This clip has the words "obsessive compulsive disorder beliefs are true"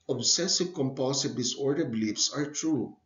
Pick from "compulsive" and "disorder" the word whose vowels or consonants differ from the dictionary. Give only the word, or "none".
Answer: compulsive